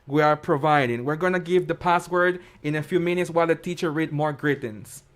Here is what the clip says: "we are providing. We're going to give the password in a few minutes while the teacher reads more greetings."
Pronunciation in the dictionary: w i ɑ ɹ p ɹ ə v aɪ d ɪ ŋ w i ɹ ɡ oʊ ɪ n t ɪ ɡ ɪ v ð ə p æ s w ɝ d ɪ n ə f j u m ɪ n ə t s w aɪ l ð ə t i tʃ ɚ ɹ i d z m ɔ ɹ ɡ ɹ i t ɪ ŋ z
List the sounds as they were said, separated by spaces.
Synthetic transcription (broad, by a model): w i ɑ ɹ p ɹ ə v aɪ d ɪ ŋ w i ɹ ɡ oʊ ɪ n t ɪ ɡ ɪ v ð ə p æ s w ɝ d ɪ n ə f j u m ɪ n ə t s w aɪ l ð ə t i tʃ ɚ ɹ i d m ɔ ɹ ɡ ɹ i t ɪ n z